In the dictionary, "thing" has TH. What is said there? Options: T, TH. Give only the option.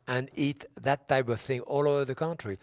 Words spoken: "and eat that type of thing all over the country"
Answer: TH